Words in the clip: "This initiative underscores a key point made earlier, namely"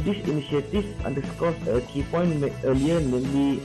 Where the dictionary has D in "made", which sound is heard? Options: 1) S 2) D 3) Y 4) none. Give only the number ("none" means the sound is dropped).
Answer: 4